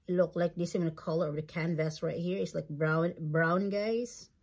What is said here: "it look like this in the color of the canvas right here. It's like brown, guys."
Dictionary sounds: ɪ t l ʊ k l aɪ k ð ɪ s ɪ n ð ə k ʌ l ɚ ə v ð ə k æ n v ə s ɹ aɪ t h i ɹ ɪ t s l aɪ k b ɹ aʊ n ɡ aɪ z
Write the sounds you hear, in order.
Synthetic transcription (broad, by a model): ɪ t l ʊ k l aɪ k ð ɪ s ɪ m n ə k ʌ l ɚ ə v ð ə k æ n v ə s ɹ aɪ t h i ɹ ɪ t s l aɪ k b ɹ aʊ n ɡ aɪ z